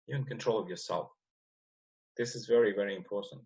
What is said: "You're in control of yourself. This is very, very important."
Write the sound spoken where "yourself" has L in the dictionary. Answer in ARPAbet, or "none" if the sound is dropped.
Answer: L